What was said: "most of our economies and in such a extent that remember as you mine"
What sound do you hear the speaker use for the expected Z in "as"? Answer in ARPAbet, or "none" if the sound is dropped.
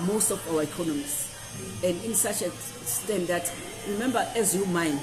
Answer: Z